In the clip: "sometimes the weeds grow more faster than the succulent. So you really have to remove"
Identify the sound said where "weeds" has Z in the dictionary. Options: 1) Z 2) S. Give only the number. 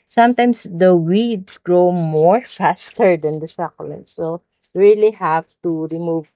2